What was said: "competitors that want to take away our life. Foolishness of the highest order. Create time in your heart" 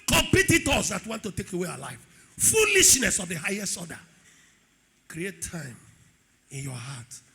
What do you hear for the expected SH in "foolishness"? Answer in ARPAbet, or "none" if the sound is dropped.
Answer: SH